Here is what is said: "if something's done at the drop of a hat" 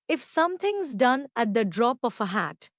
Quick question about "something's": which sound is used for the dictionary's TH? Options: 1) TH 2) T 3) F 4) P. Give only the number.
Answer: 2